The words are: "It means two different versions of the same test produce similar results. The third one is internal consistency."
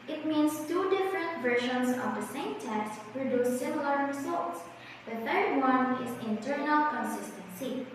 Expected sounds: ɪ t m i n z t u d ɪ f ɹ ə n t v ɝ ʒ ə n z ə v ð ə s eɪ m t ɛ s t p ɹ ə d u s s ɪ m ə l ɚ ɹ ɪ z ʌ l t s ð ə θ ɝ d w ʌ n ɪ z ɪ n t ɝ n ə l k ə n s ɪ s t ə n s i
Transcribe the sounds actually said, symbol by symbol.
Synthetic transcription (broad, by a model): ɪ t m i n s t u d ɪ f ɹ ə n t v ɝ ʃ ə n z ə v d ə s eɪ m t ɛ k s p ɹ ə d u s s ɪ m ə l ɚ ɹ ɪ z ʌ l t s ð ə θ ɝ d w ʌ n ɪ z ɪ n t ɝ n ə l k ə n s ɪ s t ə n s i